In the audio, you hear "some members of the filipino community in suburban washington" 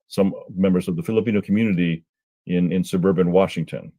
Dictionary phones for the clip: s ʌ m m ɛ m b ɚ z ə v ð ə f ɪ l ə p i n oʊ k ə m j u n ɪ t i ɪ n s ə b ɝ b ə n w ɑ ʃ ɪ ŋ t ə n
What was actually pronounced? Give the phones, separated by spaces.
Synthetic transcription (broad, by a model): s ʌ m m ɛ m b ɚ z ə v ð ə f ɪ l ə p i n oʊ k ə m j u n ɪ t i ɪ n s ə b ɝ b ə n w ɑ ʃ ɪ ŋ t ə n